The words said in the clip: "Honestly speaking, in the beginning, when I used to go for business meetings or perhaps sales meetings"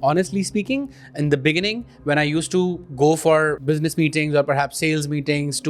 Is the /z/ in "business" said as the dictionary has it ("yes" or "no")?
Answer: yes